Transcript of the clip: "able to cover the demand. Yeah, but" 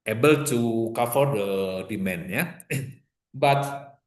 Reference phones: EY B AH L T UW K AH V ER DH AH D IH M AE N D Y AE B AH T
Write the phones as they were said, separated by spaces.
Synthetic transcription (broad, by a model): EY B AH L T UW K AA F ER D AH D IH M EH N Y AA B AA T